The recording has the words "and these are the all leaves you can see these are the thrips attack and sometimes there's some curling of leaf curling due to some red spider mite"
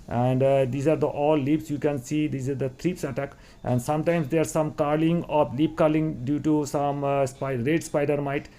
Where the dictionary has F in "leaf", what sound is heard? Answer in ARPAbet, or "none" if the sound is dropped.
P